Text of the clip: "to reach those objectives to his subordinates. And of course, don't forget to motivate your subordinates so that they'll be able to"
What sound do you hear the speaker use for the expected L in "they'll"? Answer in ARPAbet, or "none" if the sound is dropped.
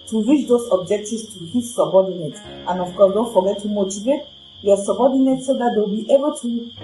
W